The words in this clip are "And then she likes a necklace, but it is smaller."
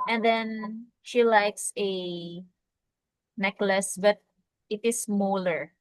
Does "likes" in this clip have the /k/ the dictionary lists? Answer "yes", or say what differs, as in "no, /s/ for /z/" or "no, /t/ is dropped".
yes